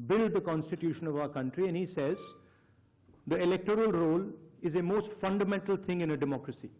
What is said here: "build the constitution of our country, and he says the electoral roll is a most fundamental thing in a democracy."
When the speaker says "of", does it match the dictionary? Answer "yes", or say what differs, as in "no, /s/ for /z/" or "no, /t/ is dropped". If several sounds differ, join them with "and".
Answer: yes